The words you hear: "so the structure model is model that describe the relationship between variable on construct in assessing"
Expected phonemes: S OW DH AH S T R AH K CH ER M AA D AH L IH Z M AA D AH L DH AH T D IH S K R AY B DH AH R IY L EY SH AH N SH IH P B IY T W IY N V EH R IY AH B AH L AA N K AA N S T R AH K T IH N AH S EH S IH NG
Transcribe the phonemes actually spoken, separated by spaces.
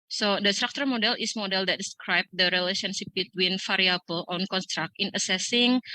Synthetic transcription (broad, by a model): S OW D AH S T R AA K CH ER M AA D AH L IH S M AA D AH L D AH T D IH S K R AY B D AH R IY L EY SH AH N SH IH P B IY T W IY N F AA R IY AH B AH L AA N K AA N S T R AH K T IH N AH S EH S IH NG